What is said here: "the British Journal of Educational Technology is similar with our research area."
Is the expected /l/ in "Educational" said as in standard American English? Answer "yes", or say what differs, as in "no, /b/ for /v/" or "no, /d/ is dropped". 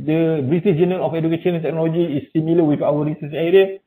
no, /n/ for /l/